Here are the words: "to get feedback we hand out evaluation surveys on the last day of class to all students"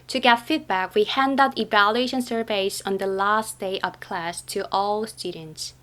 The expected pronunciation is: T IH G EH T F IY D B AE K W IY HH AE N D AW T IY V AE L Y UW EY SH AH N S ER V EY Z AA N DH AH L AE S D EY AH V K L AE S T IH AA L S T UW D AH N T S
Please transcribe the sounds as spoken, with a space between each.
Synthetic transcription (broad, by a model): T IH G EH T F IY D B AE K W IY HH AE N D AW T IY V AE L Y UW EY SH AH N S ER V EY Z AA N DH AH L AE S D EY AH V K L AE S T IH AA L S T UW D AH N T S